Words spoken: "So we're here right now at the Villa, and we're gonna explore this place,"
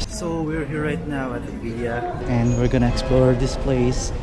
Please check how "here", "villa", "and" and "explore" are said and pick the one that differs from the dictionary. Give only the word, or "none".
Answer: villa